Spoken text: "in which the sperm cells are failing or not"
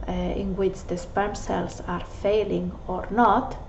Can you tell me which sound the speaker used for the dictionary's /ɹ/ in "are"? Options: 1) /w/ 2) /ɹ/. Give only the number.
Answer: 2